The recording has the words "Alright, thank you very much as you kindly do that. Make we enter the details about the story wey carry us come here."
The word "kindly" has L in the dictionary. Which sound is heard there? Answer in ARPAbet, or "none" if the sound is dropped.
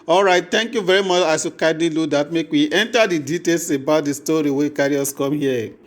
none